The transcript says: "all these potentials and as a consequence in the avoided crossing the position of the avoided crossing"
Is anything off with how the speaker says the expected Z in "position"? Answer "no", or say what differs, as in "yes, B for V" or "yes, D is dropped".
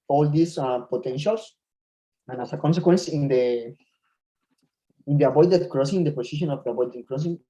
yes, S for Z